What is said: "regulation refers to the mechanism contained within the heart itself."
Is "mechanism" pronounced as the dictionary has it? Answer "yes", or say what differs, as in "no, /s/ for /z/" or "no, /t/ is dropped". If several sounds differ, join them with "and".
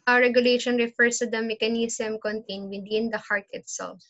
no, /s/ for /z/